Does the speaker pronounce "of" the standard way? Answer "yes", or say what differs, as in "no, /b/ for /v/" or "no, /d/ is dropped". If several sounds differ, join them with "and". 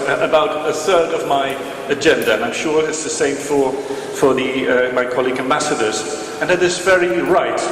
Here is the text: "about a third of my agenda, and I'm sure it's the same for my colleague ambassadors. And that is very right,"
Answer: yes